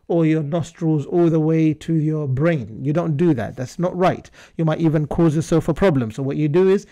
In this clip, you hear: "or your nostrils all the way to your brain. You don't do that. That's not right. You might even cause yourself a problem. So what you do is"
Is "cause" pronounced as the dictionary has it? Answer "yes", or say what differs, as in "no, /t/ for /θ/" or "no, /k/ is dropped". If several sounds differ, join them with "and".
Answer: yes